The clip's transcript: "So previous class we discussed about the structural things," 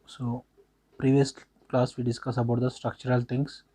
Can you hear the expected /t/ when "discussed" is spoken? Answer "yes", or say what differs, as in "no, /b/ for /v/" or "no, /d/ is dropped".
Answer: no, /t/ is dropped